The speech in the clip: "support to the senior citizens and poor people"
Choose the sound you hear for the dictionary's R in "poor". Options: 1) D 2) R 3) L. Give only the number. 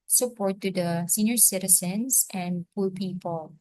3